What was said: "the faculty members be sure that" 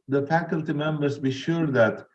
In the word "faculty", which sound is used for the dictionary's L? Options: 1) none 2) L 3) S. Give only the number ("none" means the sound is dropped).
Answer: 2